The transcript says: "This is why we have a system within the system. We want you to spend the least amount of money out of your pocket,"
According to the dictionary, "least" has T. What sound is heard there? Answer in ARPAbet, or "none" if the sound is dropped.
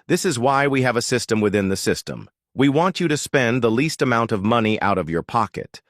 T